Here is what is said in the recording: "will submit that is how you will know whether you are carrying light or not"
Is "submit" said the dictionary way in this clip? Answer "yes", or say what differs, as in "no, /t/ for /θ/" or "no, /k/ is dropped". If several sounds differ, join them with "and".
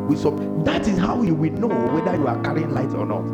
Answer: no, /b/ is dropped